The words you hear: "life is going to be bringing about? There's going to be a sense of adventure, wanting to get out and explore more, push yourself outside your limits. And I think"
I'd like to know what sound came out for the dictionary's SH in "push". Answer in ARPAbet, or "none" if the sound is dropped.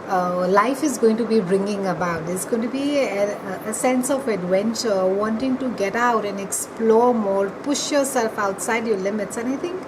SH